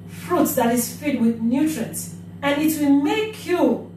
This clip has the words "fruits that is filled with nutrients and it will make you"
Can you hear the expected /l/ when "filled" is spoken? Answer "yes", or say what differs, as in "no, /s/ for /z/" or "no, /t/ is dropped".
no, /l/ is dropped